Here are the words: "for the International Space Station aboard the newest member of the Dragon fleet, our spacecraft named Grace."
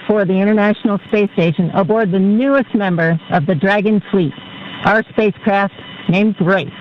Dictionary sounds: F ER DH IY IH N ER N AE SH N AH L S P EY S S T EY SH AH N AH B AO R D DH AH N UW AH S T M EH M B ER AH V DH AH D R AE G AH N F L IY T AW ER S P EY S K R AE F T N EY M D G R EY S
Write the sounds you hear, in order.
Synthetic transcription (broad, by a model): F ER DH IY IH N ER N AE SH N L S P EY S S T EY SH AH N AH B AO R D DH AH N UW AH S T M EH M B ER AH V DH AH D R AE G AH N F L IY T AW ER S P EY S K R AE F T N EY M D G R EY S